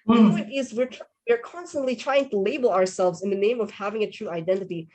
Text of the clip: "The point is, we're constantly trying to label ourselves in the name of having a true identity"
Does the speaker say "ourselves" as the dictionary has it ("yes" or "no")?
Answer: yes